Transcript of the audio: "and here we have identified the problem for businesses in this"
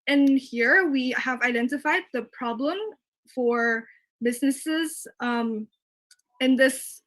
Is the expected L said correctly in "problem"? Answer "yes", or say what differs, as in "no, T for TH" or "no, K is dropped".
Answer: yes